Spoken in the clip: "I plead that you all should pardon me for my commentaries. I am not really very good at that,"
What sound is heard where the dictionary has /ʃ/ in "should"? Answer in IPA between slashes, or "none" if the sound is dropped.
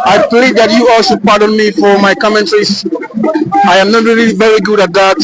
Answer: /s/